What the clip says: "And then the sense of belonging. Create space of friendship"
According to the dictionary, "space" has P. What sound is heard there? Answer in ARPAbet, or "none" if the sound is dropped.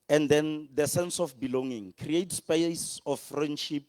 P